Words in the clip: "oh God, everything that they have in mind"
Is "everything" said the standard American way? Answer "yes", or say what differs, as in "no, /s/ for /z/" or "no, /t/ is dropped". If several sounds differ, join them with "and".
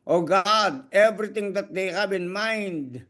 no, /t/ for /θ/